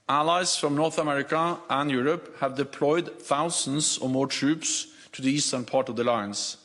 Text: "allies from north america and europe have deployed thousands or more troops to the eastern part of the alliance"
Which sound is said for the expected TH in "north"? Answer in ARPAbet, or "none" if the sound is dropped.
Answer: TH